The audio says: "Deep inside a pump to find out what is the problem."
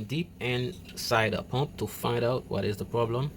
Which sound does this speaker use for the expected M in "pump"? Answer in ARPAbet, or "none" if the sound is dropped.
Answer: M